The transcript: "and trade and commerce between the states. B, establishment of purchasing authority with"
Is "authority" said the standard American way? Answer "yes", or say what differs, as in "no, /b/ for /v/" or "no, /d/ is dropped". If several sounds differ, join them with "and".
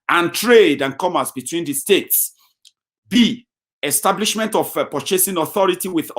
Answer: yes